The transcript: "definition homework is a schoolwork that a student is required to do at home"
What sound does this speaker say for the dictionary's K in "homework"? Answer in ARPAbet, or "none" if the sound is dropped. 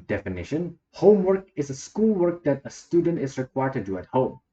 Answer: K